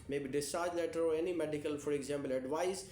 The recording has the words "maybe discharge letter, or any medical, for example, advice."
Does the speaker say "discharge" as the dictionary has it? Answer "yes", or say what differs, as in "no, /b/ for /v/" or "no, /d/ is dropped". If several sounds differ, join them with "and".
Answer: yes